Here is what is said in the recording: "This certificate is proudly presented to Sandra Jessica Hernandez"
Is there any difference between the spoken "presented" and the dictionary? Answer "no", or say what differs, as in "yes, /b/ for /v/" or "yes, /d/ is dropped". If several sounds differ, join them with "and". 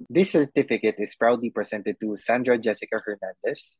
yes, /s/ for /z/